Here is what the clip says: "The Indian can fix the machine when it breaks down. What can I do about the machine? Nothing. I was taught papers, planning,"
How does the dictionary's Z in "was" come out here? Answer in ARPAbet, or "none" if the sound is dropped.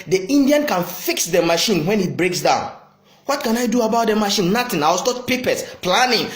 S